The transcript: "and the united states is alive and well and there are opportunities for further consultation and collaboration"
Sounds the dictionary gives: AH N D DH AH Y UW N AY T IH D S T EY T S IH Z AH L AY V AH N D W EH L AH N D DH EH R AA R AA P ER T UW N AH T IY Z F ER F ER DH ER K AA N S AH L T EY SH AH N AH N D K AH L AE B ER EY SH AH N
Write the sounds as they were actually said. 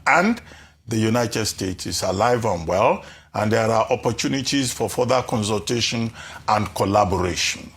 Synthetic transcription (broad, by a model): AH N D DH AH Y UW N AY T IH D S T EY T S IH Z AH L AY V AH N W EH L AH N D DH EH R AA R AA P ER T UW N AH T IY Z F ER F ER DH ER K AA N S AH L T EY SH AH N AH N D K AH L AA B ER EY SH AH N